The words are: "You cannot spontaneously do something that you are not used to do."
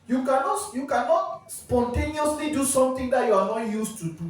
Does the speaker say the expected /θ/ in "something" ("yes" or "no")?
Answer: no